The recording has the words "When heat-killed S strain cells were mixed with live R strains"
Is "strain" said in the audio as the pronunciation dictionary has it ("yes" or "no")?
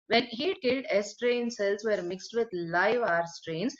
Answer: yes